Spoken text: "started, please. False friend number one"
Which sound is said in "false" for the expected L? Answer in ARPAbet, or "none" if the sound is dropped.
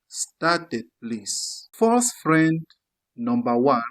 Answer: none